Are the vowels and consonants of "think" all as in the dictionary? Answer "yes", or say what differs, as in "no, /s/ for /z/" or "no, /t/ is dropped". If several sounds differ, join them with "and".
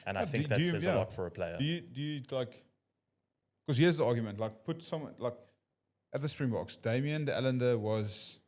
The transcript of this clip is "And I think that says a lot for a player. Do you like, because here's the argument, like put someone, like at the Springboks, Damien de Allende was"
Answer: no, /ŋ/ is dropped